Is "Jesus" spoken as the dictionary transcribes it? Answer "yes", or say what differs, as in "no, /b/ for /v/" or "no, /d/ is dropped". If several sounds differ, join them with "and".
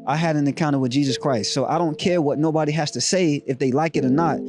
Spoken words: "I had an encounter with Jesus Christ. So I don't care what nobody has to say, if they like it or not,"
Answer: yes